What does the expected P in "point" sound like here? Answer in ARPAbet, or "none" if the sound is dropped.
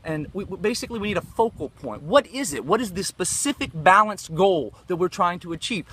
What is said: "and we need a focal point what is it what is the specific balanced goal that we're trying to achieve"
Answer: P